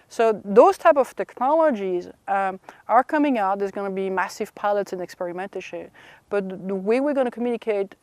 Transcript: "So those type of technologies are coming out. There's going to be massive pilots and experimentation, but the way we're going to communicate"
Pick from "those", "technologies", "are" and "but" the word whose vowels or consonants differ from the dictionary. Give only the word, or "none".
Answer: none